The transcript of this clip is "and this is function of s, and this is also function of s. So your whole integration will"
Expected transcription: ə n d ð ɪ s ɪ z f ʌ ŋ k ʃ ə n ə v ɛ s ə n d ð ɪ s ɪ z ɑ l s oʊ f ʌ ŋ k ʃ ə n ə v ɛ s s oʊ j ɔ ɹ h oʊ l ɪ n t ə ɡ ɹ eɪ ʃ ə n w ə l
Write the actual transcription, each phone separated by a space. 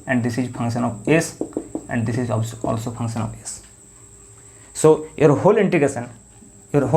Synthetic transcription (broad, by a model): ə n d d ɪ s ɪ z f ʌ ŋ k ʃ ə n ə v ɛ s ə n d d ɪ s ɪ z ɑ l s oʊ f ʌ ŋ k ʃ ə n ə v ɛ s s oʊ j ɔ ɹ h oʊ l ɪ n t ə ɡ eɪ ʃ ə n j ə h